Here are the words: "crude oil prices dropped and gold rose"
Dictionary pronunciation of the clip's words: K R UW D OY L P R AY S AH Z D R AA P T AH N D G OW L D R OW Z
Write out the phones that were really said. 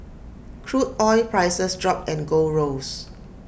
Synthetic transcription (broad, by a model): K R UW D OY P R AY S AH S D R AA P AH N G OW R OW S